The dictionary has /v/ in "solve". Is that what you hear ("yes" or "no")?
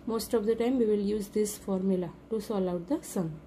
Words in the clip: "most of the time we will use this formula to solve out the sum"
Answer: no